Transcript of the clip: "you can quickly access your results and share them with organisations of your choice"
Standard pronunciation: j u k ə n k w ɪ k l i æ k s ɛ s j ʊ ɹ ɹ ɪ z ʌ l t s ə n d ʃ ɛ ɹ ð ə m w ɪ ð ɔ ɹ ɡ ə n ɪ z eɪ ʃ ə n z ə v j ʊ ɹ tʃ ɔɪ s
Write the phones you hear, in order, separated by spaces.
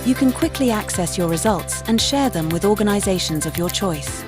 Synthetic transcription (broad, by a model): j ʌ k ə n k w ɪ k l i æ k s ɛ s j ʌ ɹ ɹ ɪ z ʌ l t s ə n ʃ ɛ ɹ ð ə m w ɪ ð ɔ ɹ ɡ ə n ɪ z eɪ ʃ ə n z ə v j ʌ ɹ tʃ ɔɪ s